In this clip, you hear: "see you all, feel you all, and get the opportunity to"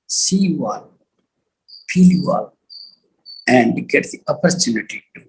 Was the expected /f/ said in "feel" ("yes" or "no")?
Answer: no